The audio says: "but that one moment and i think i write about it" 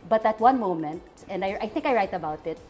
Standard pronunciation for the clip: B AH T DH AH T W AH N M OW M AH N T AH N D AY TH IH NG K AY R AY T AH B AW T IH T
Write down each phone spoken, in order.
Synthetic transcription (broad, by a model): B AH T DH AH T W AH N M OW M AH N T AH N D AY TH IH NG K AY R AY T AH B AW T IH T